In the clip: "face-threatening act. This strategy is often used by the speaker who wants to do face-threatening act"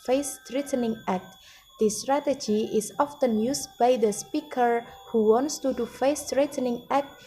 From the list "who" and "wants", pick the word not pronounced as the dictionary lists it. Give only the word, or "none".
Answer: none